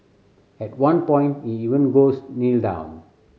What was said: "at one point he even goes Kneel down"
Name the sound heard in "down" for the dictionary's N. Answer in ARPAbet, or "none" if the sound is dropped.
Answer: N